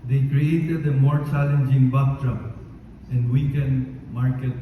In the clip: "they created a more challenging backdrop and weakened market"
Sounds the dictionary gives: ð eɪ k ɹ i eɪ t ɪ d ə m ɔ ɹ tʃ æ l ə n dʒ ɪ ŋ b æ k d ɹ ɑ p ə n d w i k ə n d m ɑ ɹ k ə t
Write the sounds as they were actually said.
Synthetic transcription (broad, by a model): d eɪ k ɹ i eɪ t ɪ d ə m ɔ ɹ tʃ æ l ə n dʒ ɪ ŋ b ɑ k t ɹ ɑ ə n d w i k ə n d m ɑ ɹ k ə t